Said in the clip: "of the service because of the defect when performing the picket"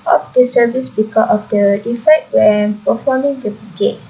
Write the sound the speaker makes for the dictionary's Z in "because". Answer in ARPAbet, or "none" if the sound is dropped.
none